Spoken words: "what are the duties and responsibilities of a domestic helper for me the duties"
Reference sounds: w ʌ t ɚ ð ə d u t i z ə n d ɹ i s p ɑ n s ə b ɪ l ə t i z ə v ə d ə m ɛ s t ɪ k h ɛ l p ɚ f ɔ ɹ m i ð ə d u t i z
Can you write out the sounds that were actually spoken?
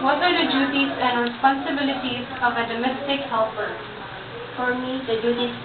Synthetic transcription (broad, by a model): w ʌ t ɚ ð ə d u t i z ə n d ɹ i s p ɑ n s ə b ɪ l ə t i z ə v ə d ə m ɛ s t ɪ k h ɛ l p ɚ f ɔ ɹ m i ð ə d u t i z